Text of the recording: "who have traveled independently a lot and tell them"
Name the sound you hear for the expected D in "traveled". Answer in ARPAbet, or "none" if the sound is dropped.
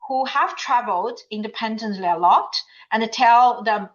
D